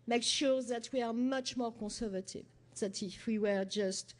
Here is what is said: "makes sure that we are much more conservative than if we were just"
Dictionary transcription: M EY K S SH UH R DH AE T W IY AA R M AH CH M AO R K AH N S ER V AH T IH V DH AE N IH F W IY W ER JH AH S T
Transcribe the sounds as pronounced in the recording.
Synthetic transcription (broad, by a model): M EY K SH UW R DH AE T W IY AA R M AH CH M AO R K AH S ER V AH T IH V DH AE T IH F W IY W ER JH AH S T